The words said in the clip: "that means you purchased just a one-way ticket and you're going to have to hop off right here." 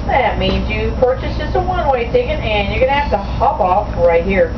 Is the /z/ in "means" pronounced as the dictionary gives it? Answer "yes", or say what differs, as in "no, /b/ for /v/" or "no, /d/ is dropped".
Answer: yes